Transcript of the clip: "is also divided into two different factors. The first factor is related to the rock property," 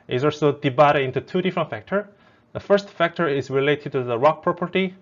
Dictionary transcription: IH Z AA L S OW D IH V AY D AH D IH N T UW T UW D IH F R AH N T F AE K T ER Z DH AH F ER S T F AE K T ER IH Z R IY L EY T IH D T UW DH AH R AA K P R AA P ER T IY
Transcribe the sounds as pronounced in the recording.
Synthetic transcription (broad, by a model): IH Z AA L S OW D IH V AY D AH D IH N T UW T UW D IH F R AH N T F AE K T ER DH AH F ER S T F AE K T ER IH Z R IY L EY T IH D T UW DH AH R AA K P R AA P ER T IY